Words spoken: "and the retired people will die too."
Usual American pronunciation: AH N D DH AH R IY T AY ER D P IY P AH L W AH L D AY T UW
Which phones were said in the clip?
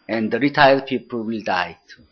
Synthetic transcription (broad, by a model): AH N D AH R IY T AY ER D P IY P AH L W AH L D AY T